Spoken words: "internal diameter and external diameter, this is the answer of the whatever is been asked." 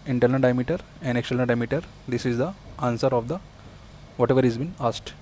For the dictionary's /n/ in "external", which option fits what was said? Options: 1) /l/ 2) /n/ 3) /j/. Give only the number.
1